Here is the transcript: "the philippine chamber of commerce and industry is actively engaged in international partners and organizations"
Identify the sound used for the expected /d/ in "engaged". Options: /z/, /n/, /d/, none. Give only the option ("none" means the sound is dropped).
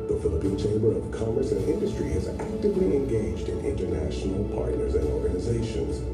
/d/